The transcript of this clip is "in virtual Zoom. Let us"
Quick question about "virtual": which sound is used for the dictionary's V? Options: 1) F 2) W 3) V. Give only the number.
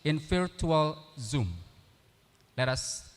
1